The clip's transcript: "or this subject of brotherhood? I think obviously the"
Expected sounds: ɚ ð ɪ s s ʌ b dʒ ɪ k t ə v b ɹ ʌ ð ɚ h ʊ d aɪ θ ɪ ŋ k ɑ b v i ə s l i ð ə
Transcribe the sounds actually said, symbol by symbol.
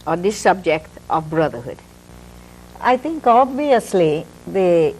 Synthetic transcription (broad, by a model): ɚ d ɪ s s ʌ b dʒ ɪ k t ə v b ɹ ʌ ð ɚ h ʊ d aɪ t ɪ ŋ k ɑ b v i ə s l i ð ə